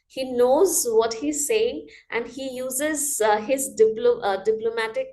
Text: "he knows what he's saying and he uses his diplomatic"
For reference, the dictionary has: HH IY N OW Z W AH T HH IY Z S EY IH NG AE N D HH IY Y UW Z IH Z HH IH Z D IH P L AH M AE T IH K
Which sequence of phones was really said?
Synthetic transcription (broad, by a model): HH IY N OW Z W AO T HH IY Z S EY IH NG AE N D HH IY Y UW Z IH Z HH IH Z D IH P L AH M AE T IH K